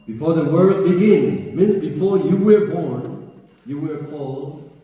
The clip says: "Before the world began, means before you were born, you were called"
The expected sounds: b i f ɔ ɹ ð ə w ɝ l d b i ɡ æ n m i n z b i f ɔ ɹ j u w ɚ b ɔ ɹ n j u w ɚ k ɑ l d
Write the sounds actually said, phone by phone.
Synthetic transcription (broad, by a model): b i f ɔ ɹ ð ə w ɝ d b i ɡ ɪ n m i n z b i f ɔ ɹ j u w ɚ b ɔ ɹ n j u w ɚ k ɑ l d